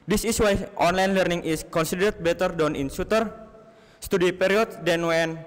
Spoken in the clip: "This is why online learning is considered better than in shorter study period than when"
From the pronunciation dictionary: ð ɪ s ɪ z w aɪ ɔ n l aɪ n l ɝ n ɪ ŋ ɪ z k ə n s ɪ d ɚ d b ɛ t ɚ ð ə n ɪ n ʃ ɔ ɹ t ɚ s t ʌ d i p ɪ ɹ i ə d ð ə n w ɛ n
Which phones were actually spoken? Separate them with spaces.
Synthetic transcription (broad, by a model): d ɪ s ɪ s w aɪ ɔ n l aɪ n l ɝ n ɪ ŋ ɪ s k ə n s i d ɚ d b ɛ t ɚ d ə n ɪ n s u t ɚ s t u d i p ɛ ɹ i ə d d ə n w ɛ n